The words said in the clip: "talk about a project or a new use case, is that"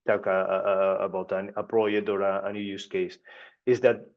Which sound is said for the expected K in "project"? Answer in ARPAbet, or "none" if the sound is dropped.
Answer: none